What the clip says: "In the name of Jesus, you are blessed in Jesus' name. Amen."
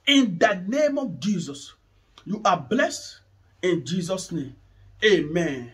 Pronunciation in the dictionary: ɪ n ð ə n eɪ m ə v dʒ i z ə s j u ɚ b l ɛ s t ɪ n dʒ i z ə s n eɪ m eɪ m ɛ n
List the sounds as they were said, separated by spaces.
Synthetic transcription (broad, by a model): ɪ n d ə n eɪ m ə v dʒ i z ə s j u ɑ b l ɛ s t ɪ n dʒ i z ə s n eɪ m eɪ m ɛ n